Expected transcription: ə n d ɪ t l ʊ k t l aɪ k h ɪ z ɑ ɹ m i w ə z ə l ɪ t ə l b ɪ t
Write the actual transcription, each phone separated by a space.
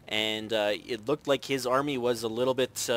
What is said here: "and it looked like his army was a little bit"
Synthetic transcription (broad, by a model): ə n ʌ ɪ t l ʊ k t l aɪ k h ɪ z ɑ ɹ m i w ə z ə l ɪ t l b ɪ t